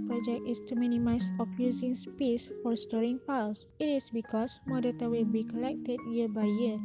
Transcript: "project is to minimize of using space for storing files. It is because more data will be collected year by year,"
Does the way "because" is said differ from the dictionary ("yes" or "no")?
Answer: yes